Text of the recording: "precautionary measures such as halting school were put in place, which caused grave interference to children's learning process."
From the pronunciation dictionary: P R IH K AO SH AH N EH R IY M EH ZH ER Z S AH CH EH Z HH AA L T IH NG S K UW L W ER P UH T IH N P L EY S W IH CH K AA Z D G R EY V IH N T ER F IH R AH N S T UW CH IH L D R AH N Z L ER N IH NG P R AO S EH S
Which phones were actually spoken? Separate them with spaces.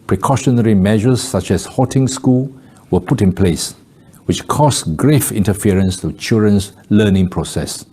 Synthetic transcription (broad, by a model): P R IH K AO SH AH N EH R IY M EH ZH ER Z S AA CH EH S HH AA T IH NG S K UW L W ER P UH T IH N P L EY S W IH CH K AA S G R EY F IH N T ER F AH R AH N S T UW CH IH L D R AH N S L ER N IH NG P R AO S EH S